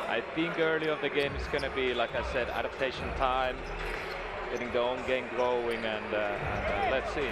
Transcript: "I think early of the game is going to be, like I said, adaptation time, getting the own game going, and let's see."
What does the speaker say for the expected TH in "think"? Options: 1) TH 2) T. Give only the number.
1